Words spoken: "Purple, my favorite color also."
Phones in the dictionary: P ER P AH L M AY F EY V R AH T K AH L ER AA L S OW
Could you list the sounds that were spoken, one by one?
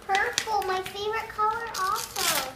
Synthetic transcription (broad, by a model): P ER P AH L M AY F EY V R AH T K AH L ER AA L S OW